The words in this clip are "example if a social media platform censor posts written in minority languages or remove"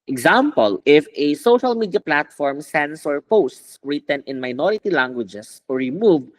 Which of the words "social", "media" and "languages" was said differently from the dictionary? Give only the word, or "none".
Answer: languages